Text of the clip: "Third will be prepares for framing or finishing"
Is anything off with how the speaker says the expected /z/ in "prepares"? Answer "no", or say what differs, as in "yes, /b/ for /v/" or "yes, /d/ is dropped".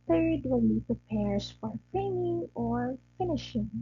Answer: yes, /s/ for /z/